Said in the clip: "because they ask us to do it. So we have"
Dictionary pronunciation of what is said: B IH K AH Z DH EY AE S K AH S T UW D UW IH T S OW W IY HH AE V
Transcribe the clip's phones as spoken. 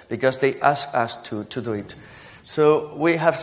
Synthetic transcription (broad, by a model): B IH K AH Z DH EY AE S K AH S T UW D UW IH T S OW W IY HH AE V